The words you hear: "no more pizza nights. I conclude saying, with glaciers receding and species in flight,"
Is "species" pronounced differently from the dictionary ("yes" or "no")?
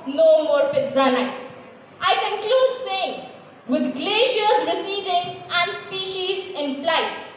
no